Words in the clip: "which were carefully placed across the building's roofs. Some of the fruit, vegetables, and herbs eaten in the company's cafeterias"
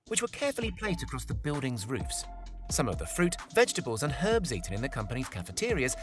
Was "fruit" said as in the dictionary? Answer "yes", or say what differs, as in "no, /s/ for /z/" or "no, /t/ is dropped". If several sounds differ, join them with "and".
yes